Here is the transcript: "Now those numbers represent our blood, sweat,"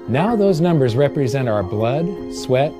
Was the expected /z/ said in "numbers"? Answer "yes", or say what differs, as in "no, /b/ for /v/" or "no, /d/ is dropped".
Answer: yes